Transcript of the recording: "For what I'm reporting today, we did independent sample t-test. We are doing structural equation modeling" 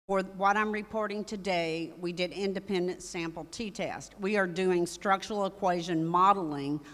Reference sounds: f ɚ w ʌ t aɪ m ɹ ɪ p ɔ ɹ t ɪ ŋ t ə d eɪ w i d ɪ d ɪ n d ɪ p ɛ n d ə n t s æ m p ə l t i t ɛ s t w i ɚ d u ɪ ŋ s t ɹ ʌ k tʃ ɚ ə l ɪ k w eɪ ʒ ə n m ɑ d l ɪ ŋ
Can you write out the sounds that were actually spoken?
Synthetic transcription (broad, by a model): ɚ w ʌ t aɪ m ɹ ɪ p ɔ ɹ t ɪ ŋ t ə d eɪ w i d ɪ d ɪ n d ɪ p ɛ n d ə n t s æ m p l t i t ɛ s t w i ɚ d u ɪ ŋ s t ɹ ʌ k tʃ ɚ l ɪ k w eɪ ʒ ə n m ɑ d l ɪ ŋ